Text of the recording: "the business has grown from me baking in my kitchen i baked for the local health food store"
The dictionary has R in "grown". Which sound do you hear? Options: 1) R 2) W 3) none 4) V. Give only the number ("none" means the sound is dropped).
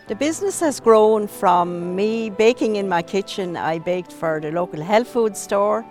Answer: 1